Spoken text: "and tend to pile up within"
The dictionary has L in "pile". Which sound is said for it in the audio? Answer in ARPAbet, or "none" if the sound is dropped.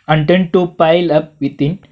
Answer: L